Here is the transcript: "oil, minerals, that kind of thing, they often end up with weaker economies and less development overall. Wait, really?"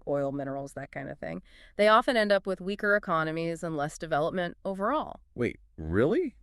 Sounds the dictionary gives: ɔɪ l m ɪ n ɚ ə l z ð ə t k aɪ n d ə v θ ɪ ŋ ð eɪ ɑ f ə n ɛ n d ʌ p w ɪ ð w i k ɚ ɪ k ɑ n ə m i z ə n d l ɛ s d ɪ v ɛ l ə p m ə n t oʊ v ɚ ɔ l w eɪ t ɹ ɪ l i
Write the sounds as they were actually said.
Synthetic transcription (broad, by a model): ɔɪ l m ɪ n ɚ l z ð ə t k aɪ n d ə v θ ɪ ŋ ð eɪ ɑ f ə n ɛ n d ʌ p w ɪ ð w i k ɚ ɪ k ɑ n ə m i z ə n l ɛ s d ɪ v ɛ l ə p m ə n t oʊ v ɚ ɔ l w eɪ t ɹ ɪ l i